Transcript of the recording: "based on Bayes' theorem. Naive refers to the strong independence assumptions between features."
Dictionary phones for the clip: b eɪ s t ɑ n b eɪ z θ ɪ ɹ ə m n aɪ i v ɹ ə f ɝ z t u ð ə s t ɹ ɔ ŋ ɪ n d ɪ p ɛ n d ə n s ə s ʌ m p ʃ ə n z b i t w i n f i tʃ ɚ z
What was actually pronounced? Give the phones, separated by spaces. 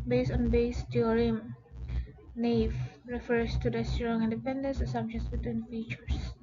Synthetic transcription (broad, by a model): b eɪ s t ɑ n b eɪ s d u ɹ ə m n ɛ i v ɹ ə f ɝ s t u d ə s t ɹ ɔ ŋ ɪ n d ɪ p ɛ n d ə n s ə s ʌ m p ʃ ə n s b i t w i n f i tʃ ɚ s